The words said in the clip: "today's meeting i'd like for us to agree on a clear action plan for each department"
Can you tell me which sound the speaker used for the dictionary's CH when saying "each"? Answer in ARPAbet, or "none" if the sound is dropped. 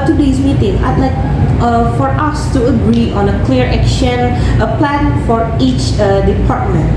CH